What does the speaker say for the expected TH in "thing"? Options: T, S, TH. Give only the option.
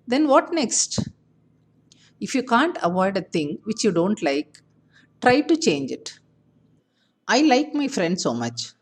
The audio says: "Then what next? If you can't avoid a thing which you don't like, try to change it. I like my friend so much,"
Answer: T